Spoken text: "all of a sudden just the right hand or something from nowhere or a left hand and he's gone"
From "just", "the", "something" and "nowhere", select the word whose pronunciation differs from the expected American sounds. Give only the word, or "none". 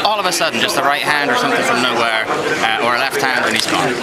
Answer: none